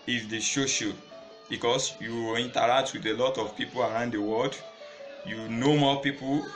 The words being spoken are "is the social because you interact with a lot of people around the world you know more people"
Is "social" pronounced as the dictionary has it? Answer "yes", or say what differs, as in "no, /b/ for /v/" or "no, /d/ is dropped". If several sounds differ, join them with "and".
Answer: no, /ʃ/ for /s/